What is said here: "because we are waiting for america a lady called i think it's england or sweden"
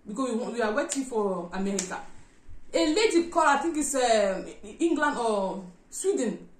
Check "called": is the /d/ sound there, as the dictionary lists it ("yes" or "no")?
no